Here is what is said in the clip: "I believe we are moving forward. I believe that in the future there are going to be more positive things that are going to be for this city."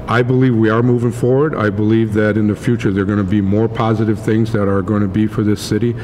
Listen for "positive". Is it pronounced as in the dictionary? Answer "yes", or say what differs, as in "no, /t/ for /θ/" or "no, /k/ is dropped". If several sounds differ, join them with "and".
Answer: yes